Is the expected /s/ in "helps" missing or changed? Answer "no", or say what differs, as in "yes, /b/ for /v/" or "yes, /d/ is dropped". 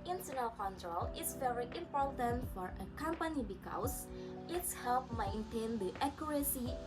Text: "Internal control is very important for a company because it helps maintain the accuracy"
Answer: yes, /s/ is dropped